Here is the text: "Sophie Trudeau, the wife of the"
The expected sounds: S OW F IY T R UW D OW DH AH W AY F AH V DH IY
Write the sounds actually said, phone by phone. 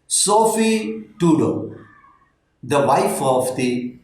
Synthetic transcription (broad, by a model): S OW F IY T UW D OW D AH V AY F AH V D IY